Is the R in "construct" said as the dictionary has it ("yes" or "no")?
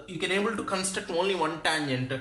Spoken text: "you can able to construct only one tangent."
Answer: no